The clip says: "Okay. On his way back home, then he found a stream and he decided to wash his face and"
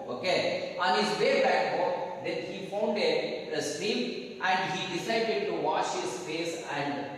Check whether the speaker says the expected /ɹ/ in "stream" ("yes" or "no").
no